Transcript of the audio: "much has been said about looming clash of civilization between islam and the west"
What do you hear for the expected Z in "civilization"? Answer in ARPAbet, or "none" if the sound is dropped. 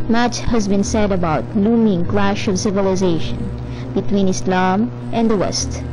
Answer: Z